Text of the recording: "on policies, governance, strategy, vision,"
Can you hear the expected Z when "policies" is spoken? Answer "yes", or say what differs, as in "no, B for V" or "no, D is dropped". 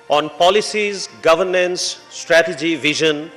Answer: yes